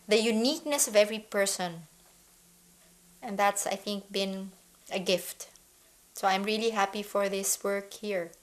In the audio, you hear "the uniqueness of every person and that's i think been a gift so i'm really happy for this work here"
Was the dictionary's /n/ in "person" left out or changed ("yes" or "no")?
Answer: no